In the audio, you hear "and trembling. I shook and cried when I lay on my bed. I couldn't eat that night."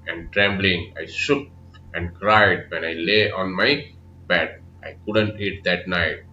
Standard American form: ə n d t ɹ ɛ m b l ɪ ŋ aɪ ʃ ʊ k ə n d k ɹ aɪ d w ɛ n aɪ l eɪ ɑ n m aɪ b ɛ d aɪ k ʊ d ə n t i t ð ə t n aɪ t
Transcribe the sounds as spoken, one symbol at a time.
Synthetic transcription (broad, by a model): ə n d t ɹ ɛ m b l ɪ ŋ aɪ s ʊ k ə n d k ɹ aɪ d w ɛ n aɪ l eɪ ɑ n m aɪ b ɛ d aɪ k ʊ d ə n t i t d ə t n aɪ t